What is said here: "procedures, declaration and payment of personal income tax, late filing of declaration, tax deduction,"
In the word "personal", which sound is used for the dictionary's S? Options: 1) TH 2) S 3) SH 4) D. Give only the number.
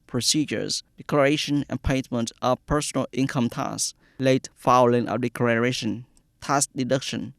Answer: 2